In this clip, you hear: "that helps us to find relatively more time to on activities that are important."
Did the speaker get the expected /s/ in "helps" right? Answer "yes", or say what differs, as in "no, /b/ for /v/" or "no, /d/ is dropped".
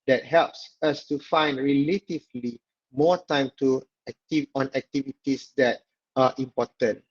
yes